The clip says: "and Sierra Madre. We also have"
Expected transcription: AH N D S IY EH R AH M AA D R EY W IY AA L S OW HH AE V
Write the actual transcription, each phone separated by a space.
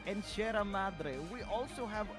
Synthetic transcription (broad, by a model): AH N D SH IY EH R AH M AA D R EY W IY AA L S OW HH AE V